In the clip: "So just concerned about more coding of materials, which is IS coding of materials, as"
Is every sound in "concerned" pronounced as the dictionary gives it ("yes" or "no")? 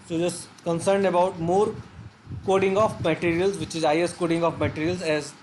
yes